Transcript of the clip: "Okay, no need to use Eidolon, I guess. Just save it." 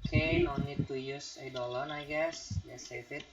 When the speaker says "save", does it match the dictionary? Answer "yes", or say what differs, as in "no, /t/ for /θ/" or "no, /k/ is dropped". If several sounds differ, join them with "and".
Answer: no, /f/ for /v/